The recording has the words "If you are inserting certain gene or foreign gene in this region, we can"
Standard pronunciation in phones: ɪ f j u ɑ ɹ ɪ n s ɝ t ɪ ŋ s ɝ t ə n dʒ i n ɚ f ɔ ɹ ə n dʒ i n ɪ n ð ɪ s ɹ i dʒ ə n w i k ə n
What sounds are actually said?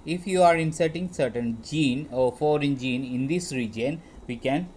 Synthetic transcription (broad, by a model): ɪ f j u ɑ ɹ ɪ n s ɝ t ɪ ŋ s ɝ t ə n dʒ i n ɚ f ɔ ɹ ə n dʒ i n ɪ n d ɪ s ɹ i dʒ ə n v i k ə n